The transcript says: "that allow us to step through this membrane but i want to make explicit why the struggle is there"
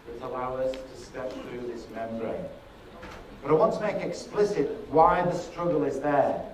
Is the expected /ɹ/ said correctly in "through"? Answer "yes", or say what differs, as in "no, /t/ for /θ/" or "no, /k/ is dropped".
yes